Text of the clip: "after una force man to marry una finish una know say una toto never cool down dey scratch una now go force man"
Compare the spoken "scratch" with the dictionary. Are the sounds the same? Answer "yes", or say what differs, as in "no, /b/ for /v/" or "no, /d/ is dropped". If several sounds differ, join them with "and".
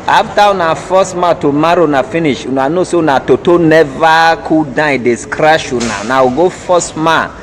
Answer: no, /ʃ/ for /tʃ/